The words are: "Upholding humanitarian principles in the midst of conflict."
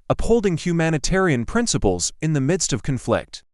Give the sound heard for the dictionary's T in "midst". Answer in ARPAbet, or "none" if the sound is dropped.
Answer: T